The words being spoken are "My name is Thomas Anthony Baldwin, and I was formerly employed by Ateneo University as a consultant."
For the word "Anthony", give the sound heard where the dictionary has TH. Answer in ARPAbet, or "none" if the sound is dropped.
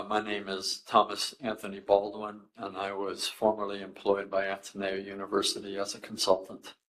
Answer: TH